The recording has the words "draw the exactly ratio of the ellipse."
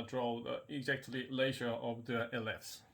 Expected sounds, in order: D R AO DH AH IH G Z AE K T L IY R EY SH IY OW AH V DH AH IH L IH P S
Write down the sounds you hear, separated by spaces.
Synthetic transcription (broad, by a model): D R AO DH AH IH G Z AE K T L IY L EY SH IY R AH V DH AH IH L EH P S